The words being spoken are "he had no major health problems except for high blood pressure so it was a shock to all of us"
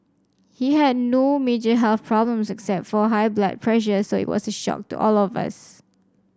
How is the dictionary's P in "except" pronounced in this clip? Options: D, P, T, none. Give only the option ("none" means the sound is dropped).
P